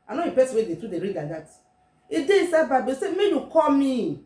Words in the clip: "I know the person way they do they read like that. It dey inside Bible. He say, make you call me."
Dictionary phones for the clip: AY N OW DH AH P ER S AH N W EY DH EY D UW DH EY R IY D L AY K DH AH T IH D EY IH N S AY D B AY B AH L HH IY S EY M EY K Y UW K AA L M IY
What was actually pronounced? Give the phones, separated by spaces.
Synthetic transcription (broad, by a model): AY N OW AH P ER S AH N W EY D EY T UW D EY R IY D L AY K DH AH T IH D EY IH S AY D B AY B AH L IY S EY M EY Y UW K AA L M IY